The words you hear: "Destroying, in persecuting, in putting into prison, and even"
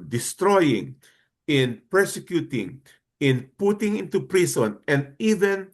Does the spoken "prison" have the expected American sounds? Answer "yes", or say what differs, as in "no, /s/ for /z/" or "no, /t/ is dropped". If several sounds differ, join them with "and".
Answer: no, /s/ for /z/